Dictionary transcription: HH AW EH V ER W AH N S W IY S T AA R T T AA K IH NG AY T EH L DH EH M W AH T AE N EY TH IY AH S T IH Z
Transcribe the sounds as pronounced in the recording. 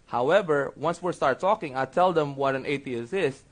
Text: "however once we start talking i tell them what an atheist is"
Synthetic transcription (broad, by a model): HH AW EH V ER W AH N S W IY S T AA R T T AA K IH NG AY T EH L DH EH M W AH T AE N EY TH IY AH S IH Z